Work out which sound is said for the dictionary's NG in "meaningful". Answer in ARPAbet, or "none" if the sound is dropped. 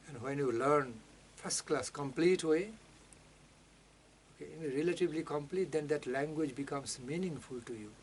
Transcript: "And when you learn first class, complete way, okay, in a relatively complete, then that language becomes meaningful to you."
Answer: NG